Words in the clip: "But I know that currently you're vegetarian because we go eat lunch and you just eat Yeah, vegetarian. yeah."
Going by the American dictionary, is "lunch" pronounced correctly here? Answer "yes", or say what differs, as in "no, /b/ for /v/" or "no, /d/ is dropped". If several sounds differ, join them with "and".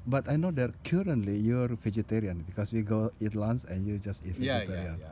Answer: no, /s/ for /tʃ/